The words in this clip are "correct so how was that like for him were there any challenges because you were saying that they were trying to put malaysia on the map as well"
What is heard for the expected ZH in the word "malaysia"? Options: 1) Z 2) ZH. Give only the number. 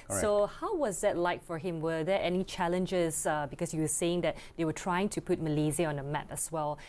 1